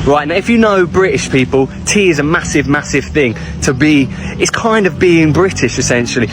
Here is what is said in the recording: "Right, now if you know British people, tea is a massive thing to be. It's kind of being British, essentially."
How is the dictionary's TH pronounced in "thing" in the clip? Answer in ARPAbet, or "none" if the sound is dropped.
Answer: TH